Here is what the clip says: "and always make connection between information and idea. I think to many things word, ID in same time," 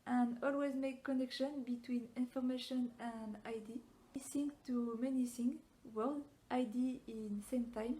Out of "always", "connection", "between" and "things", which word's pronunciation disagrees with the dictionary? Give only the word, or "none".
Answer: things